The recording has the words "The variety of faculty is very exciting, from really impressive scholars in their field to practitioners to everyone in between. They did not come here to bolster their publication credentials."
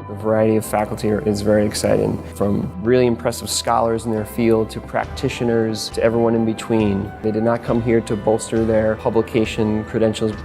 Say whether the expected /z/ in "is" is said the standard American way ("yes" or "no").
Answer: yes